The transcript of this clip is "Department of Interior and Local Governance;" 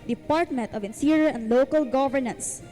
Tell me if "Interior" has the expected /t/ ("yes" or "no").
no